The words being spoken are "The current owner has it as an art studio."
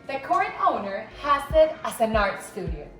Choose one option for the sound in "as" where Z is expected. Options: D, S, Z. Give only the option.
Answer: S